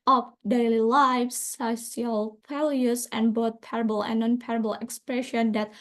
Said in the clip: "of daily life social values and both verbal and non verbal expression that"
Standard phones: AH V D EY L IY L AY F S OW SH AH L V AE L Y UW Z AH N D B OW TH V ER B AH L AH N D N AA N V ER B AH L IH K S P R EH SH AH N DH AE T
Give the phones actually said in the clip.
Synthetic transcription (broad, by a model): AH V D EY L IY L AY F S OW S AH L F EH L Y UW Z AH N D B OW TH P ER B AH L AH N N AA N P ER B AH L IH K S P R EH SH AH N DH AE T